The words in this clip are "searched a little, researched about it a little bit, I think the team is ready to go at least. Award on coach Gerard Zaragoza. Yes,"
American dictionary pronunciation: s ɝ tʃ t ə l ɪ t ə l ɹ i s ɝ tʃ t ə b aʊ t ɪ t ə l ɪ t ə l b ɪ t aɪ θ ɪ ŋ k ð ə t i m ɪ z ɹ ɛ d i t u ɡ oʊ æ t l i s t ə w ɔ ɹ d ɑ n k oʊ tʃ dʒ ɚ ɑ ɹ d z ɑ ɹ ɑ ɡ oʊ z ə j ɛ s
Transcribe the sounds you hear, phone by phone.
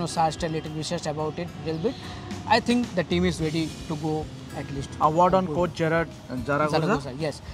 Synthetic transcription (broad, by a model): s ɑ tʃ t ə l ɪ t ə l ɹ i ʃ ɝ s t ə b aʊ t ɪ t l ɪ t l b ɪ t aɪ t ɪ ŋ k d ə t i m ɪ z ɹ ɛ d i t u ɡ oʊ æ t l i s t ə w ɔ ɹ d ɑ n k oʊ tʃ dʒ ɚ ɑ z d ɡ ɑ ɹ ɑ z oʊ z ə j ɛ s